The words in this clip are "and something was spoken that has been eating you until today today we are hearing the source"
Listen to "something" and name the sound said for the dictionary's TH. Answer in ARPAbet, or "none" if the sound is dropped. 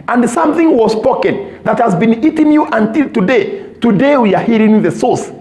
TH